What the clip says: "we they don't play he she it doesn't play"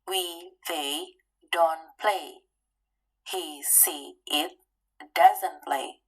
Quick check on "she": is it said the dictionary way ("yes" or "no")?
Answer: no